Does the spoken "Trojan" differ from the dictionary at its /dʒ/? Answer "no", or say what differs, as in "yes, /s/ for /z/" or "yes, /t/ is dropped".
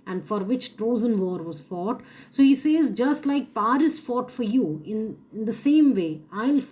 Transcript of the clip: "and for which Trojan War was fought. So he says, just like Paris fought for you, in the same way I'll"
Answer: yes, /z/ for /dʒ/